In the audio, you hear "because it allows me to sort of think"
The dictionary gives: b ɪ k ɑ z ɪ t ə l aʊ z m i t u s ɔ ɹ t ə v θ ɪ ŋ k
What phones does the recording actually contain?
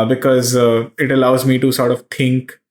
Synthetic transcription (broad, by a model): b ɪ k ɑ z ɪ t ə l aʊ z m i t u s ɔ ɹ t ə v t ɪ ŋ k